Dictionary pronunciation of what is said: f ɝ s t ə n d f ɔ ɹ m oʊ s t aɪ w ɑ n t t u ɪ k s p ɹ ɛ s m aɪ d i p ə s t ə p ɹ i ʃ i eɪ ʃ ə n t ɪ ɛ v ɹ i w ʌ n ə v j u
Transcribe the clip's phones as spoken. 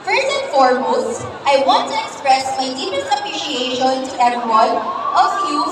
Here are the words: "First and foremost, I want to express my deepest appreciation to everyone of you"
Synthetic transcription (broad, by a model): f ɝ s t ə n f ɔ ɹ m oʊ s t aɪ w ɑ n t t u ɪ k s p ɹ ɛ s m aɪ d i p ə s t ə p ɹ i ʃ i eɪ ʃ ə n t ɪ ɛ ɹ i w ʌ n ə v j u